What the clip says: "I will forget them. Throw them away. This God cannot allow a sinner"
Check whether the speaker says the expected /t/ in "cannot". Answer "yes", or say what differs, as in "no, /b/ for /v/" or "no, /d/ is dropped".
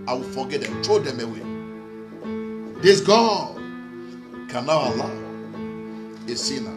no, /t/ is dropped